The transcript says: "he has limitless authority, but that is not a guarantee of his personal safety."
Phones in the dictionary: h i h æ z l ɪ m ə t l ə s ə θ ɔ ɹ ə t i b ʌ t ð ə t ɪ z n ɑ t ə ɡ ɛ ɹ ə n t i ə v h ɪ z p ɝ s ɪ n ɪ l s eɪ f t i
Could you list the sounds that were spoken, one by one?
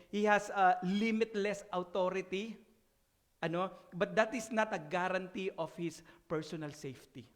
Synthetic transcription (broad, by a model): h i h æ s l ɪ m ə t l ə s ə t ɔ ɹ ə t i b ʌ t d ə t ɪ s n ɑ t ə ɡ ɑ ɹ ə n t i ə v h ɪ s p ɝ s ɪ n ɪ l s eɪ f t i